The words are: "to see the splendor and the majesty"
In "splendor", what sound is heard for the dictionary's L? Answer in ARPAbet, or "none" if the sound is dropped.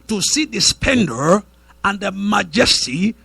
none